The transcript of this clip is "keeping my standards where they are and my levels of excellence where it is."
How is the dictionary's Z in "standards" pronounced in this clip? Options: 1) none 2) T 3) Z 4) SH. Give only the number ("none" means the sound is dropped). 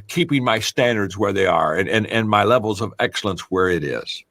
3